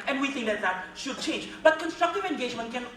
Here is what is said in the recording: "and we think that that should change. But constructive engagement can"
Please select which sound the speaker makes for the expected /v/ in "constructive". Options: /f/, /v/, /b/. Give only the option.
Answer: /v/